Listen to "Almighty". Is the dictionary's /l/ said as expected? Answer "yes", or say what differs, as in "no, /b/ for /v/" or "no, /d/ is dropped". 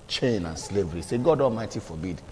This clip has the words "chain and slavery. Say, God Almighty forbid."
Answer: yes